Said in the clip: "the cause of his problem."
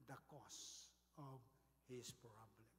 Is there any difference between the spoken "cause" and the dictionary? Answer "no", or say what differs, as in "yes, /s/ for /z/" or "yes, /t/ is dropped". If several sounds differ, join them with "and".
yes, /s/ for /z/